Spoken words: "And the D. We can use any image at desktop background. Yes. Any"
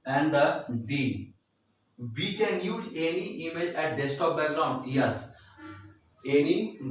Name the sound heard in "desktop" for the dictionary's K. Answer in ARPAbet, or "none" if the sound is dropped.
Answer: none